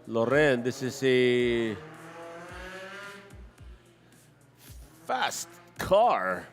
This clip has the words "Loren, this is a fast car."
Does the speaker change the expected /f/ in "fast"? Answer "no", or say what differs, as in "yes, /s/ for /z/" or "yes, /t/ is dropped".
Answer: no